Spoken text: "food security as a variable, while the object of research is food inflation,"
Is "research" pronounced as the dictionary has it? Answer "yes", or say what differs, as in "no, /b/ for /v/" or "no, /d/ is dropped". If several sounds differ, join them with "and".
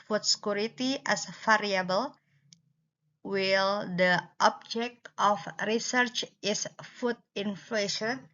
yes